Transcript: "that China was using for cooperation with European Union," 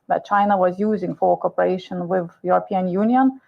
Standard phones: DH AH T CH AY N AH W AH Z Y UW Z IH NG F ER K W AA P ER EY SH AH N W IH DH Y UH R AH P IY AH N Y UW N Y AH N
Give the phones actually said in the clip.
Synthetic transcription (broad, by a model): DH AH T CH AY N AH W AH Z Y UW Z IH NG F ER K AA P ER EY SH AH N W IH DH Y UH R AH P IY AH N Y UW N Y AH N